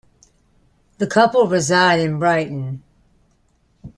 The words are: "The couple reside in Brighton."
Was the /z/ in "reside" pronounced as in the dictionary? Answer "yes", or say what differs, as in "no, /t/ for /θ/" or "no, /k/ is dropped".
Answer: yes